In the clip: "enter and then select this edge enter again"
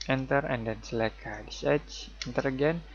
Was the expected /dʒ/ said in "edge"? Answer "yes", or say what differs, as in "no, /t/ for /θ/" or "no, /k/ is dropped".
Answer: no, /tʃ/ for /dʒ/